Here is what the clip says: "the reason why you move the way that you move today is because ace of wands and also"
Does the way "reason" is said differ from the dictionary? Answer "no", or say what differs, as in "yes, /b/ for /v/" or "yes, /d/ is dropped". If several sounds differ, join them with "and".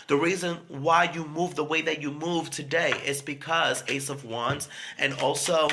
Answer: no